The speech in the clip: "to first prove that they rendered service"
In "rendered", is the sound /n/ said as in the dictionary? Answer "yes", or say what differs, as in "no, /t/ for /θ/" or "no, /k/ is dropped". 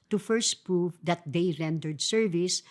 yes